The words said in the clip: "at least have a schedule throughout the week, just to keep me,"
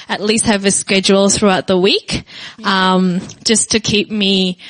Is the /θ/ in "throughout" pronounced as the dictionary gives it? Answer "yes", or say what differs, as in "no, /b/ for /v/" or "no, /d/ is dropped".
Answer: yes